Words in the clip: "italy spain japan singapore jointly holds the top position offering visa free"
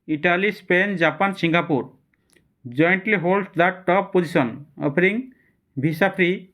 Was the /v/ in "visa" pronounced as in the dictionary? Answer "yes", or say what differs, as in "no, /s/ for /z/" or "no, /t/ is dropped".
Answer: no, /b/ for /v/